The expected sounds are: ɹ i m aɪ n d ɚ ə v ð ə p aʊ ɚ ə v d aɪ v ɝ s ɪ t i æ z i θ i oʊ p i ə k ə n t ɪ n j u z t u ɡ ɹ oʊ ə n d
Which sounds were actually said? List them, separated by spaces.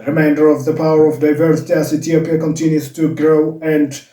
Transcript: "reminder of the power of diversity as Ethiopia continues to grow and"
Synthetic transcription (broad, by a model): ɹ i m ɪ n d ɚ ə v ð ə p aʊ ɚ ə v d aɪ v ɝ s ɪ t i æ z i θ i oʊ p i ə k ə n t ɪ n j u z t u ɡ ɹ oʊ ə n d